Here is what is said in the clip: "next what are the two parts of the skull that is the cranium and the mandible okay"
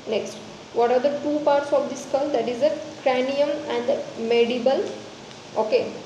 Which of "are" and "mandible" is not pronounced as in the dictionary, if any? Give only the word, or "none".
mandible